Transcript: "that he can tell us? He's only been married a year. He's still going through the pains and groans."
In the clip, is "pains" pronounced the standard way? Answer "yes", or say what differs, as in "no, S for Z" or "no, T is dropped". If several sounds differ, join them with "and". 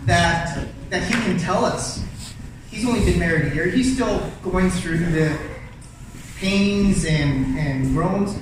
yes